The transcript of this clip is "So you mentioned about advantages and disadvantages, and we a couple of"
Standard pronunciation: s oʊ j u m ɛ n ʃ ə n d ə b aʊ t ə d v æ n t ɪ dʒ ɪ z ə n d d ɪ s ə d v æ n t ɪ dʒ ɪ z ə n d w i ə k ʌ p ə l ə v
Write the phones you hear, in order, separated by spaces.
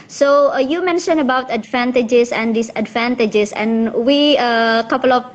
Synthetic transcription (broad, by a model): s oʊ j u m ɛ n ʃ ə n ə b aʊ t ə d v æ n t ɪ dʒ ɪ s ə n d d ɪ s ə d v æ n t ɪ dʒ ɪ s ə n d w i ə k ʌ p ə l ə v